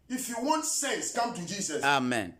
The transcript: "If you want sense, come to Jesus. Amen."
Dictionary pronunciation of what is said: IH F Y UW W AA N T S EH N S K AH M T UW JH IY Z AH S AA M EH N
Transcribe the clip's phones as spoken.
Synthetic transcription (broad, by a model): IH F Y UW W AA N T S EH S K AH M T UW JH IY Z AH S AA M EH N